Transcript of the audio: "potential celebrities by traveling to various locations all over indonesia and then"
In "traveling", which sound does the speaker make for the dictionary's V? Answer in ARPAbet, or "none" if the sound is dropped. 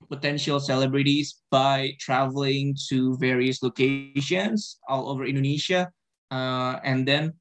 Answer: V